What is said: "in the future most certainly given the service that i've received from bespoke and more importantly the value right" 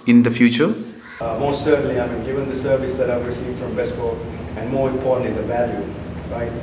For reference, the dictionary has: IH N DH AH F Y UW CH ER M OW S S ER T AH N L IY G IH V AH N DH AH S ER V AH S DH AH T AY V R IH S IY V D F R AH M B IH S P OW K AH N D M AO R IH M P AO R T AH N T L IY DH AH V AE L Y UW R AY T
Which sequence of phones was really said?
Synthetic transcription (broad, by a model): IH N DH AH F Y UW CH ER M OW S S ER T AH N L IY G IH V AH N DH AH S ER V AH S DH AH T AY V R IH S IY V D F R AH M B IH S B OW AH N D M AO R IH M P AO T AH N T IY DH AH V AE L Y UW R AY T